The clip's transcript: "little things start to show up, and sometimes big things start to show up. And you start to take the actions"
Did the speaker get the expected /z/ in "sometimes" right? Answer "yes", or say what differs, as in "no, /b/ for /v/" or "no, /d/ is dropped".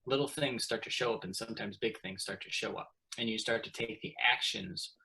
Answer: yes